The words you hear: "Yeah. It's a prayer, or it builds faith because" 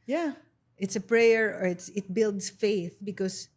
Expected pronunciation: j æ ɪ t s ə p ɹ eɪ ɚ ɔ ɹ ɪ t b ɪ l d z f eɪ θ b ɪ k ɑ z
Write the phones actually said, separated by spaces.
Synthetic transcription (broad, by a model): j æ ɪ t s ə p ɹ eɪ ɚ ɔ ɹ ɪ t b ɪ l d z f eɪ θ b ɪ k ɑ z